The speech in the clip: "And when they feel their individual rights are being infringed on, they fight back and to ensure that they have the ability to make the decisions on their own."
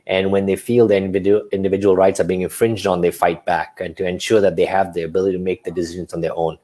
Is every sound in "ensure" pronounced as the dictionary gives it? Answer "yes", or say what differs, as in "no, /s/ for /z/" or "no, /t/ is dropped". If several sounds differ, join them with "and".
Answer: yes